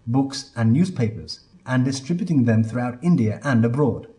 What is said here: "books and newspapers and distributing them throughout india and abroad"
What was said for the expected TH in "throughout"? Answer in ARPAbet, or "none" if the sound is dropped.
TH